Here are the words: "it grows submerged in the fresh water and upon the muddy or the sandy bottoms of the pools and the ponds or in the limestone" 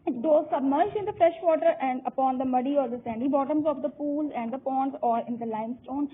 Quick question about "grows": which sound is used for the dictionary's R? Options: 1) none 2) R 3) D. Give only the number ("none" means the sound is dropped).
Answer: 1